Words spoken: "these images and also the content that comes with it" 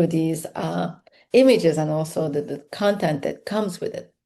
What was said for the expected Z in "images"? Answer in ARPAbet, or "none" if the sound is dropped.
Z